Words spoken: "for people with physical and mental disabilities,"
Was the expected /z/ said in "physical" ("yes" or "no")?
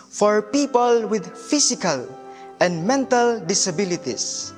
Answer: no